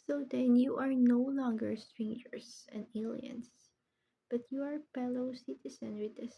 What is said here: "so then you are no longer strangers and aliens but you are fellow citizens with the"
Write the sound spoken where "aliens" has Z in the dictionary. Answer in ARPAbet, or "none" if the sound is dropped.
S